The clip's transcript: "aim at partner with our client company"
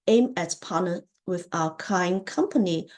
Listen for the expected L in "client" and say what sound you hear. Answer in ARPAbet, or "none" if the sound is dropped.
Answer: none